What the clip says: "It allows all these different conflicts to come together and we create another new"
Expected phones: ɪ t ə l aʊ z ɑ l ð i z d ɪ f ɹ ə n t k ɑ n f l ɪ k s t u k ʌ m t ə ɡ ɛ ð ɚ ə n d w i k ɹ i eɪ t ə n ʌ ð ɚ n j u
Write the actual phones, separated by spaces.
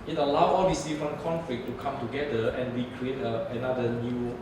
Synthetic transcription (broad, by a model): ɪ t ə l aʊ ɑ l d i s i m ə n k ɑ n f l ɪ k t u k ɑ m t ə ɡ ɛ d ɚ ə n w i k ɹ i eɪ t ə n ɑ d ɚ n j u